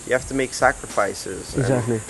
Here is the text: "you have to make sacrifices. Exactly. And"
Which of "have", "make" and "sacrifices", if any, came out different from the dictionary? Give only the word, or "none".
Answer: have